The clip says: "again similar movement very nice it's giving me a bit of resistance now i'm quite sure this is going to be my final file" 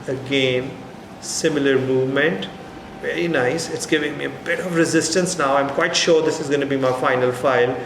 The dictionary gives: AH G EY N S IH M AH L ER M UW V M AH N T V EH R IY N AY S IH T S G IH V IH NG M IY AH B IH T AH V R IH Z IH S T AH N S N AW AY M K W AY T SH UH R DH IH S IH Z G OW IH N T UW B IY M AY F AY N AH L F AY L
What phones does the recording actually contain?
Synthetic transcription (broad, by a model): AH G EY N S IH M AH L ER M UW V M AH N T V EH R IY N AY S IH T S G IH V IH NG M IY AH B IH T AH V R IH Z IH S T AH N S N AW AY M K W AY T SH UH R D IH S IH Z G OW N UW B IY M AY F AY N AH L F AY L